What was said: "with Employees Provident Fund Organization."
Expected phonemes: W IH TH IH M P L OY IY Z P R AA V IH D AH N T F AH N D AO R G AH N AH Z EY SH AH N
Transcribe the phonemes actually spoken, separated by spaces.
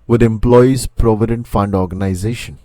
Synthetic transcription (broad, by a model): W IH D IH M P L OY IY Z P R AA V IH D AH N T F AH N D AO R G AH N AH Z EY SH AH N